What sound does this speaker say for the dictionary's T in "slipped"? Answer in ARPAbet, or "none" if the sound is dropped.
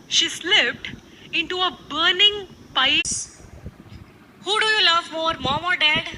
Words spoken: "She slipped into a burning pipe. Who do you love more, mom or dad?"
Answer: T